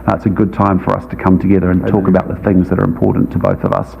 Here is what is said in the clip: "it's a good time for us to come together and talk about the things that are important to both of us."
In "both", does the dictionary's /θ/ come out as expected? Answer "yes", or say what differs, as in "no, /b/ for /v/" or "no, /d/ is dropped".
yes